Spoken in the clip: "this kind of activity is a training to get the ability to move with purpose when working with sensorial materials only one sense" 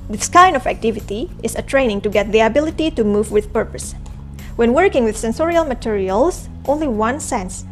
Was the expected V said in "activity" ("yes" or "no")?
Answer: yes